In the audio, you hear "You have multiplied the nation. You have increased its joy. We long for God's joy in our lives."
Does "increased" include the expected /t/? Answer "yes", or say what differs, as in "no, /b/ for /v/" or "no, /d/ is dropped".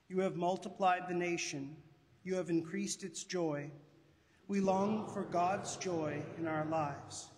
yes